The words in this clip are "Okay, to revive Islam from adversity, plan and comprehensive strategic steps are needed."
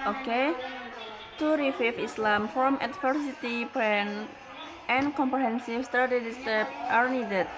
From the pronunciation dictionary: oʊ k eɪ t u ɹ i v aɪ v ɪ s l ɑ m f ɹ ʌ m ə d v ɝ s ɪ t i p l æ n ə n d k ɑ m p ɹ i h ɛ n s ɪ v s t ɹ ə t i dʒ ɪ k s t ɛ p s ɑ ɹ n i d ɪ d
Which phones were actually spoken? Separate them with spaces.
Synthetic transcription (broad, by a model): oʊ k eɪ t u ɹ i f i f ɪ s l ɑ m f ɹ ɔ m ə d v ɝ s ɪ t i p ɛ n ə n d k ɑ m p ɹ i h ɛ n s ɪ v s t ɹ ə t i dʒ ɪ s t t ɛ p ɑ ɹ n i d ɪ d